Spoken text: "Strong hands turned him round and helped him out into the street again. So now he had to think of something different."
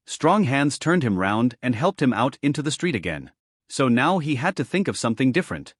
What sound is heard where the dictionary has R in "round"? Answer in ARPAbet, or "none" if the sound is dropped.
R